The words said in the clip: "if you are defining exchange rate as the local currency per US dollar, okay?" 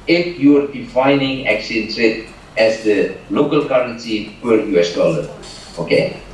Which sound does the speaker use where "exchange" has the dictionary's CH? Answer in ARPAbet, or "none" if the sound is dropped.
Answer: none